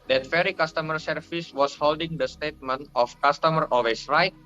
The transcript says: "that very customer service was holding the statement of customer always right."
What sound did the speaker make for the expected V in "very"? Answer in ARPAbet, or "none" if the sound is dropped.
F